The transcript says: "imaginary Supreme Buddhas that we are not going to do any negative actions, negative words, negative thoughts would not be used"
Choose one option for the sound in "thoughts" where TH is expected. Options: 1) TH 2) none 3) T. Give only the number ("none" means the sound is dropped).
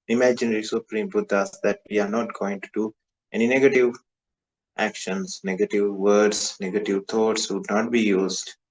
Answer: 3